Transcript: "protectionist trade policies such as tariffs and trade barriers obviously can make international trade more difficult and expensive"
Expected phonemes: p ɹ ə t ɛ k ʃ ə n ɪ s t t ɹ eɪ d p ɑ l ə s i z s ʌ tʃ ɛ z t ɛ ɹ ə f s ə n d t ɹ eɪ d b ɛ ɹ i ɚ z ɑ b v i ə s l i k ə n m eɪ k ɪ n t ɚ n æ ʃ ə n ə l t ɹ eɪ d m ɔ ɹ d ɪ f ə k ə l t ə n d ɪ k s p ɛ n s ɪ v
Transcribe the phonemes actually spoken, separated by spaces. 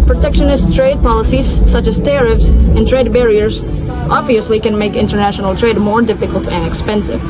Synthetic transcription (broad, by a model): p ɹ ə t ɛ k ʃ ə n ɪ s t t ɹ eɪ d p ɑ l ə s i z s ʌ tʃ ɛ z t ɛ ɹ ə f s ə n t ɹ eɪ d b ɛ ɹ i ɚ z ɑ b v i ə s l i k ə n m eɪ k ɪ n t ɚ n æ ʃ ə n ə l t ɹ eɪ d m ɔ ɹ d ɪ f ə k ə l t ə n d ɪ k s p ɛ n s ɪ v